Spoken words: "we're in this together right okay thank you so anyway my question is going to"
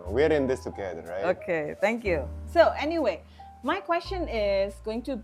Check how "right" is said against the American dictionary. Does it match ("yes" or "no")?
no